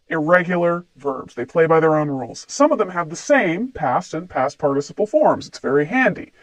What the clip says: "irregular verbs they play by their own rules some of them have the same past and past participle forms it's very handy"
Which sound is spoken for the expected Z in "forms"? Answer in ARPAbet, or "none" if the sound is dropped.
Z